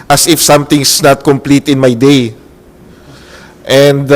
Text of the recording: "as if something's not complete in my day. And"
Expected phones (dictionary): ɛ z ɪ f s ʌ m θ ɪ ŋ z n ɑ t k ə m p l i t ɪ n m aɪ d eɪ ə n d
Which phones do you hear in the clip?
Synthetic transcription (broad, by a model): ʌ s ɪ f s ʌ m t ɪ ŋ s n ɑ t k ə m p l i t ɪ n m aɪ d eɪ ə n d